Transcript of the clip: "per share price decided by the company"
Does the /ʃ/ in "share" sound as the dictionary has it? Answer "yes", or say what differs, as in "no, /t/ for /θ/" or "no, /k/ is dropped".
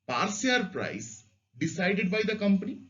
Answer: no, /s/ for /ʃ/